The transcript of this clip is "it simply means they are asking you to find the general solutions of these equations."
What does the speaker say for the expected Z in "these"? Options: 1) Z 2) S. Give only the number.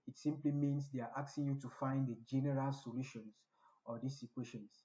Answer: 2